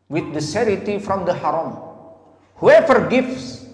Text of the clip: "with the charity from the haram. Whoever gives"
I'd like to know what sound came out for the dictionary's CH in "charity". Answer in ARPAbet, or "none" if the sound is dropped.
S